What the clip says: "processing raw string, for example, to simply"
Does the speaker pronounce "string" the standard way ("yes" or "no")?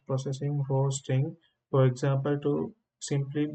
no